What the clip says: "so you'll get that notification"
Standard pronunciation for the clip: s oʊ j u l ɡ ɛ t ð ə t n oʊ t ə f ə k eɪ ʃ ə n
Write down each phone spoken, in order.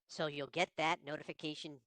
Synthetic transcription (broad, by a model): s oʊ j u l ɡ ɛ t ð ə t n oʊ t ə f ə k eɪ ʃ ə n